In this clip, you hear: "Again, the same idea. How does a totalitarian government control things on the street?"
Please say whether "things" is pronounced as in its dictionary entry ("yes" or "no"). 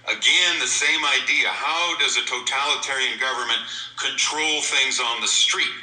yes